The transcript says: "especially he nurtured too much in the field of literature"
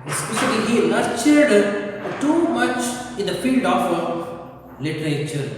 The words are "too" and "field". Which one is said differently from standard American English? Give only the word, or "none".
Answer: none